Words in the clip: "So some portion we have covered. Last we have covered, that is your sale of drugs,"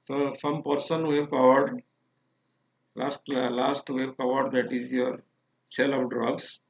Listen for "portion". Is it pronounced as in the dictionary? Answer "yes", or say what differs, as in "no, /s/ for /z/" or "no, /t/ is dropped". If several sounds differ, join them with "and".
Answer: no, /s/ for /ʃ/